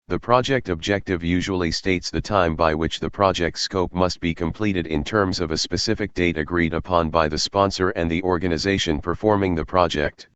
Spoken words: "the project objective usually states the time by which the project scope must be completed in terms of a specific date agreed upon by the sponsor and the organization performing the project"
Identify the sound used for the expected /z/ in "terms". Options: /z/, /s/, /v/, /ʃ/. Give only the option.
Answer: /z/